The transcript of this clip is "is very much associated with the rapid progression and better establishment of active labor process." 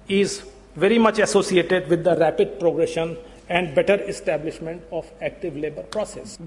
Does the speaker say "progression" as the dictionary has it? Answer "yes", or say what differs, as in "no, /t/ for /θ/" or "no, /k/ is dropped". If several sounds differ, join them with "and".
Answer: yes